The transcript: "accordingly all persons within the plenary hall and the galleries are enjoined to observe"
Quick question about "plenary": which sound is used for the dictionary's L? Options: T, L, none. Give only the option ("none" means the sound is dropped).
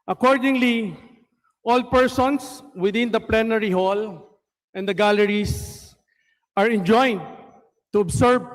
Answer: L